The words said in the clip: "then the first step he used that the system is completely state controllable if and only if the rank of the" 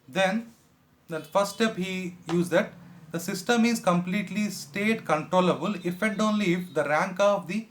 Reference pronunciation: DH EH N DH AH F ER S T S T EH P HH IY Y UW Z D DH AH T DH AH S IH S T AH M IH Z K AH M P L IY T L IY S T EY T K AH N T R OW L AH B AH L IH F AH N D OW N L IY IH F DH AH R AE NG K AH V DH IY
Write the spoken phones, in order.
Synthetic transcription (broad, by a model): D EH N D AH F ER S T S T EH P HH IY Y UW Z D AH T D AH S IH S T AH M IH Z K AH M P L IY T L IY S T EY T K AH N T R OW L AH B AH L IH F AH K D OW N L IY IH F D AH R AE NG K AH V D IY